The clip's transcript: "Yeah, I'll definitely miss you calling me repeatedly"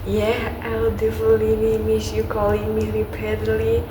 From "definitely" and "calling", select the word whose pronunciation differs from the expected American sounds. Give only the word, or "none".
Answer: definitely